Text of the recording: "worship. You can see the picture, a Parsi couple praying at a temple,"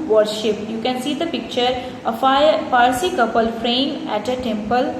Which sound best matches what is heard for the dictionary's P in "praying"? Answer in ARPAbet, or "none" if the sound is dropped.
F